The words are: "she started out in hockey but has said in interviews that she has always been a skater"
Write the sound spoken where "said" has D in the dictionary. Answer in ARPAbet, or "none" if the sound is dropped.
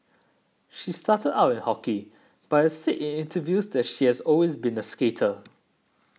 none